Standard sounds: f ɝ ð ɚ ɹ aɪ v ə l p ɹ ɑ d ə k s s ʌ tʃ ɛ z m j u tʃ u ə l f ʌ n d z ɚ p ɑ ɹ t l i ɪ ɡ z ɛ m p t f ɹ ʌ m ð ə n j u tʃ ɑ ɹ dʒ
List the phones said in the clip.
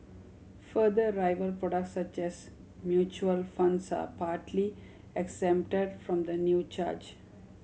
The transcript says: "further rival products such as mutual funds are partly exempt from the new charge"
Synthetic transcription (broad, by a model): f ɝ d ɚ ɹ aɪ v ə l p ɹ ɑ d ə k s s ʌ tʃ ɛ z m j u tʃ u ə l f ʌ n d s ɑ p ɑ ɹ t l i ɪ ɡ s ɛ m p t f ɹ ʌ m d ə n j u tʃ ɑ ɹ dʒ